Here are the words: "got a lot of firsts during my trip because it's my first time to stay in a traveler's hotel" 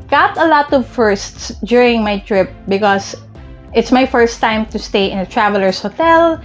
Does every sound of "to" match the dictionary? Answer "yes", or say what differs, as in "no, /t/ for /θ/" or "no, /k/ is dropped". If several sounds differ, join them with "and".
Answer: yes